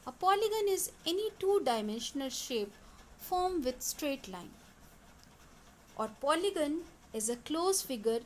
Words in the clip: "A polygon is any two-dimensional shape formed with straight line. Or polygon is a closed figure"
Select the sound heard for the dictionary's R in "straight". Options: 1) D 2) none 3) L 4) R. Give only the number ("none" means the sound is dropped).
4